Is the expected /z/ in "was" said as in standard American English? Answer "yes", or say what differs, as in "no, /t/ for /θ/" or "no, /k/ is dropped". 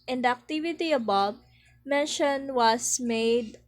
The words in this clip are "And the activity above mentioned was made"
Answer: no, /s/ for /z/